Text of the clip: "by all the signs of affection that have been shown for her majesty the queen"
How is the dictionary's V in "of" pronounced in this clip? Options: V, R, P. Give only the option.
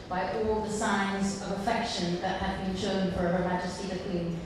V